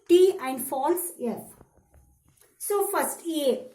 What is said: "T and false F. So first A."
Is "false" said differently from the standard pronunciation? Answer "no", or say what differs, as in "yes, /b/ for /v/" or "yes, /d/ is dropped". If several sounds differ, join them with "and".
no